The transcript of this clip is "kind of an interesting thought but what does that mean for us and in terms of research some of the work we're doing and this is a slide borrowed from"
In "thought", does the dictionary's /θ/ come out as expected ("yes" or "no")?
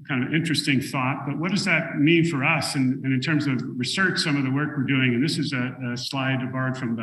yes